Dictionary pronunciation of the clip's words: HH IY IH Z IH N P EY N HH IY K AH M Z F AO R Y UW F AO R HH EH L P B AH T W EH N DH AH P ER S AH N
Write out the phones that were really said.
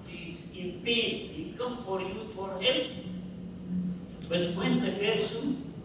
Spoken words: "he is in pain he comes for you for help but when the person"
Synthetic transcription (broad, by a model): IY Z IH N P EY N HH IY K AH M F AO R Y UW F AO R HH EH L P B AH T W EH N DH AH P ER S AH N